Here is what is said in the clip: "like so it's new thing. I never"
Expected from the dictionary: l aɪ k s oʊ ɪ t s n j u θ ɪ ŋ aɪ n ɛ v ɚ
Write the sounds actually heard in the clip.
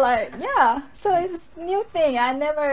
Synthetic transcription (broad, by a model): l aɪ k s oʊ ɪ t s n j u θ ɪ ŋ aɪ n ɛ v ɚ